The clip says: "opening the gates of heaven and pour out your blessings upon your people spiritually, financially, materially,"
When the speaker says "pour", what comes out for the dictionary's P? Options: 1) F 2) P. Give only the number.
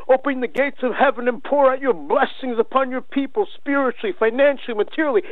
2